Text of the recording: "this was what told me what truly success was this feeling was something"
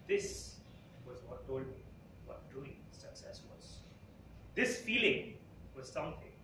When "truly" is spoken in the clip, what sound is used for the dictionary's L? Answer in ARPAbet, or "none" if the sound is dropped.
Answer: none